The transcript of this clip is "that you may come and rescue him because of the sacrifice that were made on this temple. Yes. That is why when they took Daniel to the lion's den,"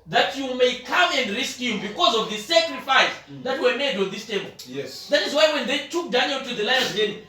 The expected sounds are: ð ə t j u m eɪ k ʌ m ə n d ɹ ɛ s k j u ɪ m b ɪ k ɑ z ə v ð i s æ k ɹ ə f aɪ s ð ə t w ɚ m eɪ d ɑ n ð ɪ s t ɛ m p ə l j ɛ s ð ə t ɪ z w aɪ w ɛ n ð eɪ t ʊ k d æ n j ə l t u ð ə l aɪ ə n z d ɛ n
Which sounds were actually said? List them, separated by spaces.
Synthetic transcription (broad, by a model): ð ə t j u m eɪ k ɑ m ə n d ɹ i s k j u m b ɪ k ɑ z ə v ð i s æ k ɹ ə f aɪ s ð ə t w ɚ m eɪ d ɑ n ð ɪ s t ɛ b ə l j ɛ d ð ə t ɪ z w aɪ w ɛ n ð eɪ t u k d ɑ n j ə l t u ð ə l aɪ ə z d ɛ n